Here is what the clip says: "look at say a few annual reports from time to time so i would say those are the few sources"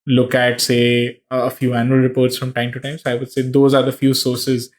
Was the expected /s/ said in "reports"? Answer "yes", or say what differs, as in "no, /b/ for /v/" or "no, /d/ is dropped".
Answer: yes